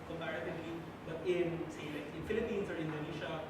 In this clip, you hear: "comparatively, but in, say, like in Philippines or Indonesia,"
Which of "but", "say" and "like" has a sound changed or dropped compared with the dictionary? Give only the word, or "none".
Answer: like